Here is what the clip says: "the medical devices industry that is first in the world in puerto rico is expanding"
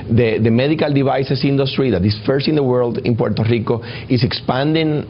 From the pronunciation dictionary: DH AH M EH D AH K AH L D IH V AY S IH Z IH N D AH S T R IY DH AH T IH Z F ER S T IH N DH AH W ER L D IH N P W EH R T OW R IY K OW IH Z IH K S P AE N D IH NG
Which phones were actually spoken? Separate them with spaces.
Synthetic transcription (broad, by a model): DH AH M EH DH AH K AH L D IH B AY S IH S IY N D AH S T R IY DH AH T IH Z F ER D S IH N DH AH W ER L D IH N P W EH R T OW R IY K OW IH S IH K S P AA N D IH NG